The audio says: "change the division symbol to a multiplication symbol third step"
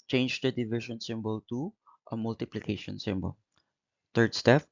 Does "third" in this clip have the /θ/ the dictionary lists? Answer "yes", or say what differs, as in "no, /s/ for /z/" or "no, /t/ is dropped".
no, /t/ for /θ/